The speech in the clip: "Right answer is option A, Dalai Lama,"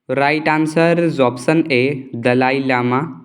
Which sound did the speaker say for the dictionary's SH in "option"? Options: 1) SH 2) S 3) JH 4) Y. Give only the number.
2